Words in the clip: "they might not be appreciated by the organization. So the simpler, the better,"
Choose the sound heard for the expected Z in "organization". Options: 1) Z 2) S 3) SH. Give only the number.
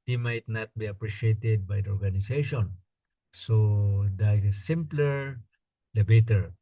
2